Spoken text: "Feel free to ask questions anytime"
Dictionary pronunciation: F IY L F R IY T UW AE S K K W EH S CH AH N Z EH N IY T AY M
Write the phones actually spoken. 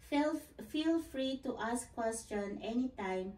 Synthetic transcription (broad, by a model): F IY L F R IY T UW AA S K K W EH S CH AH N EH N IY T AY M